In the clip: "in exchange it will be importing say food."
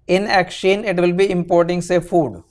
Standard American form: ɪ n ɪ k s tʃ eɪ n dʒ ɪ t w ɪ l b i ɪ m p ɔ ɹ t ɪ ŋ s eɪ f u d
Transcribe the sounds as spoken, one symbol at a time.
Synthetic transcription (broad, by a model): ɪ n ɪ k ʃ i n ɪ t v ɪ l b i ɪ m p ɔ ɹ t ɪ ŋ s eɪ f u d